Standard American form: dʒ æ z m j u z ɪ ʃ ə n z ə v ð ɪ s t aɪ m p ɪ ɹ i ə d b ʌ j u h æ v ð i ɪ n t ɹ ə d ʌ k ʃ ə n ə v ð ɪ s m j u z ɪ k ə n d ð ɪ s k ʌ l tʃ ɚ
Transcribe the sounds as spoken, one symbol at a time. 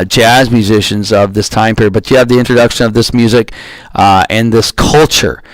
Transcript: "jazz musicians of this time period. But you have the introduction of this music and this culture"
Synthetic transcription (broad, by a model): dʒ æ z m j u z ɪ ʃ ə n z ə v ð ɪ s t aɪ m p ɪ ɹ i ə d b ʌ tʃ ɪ v ð i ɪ n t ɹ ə d ʌ k ʃ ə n ə v ð ɪ s m j u z ɪ k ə n ð ɪ s k ʌ l tʃ ɚ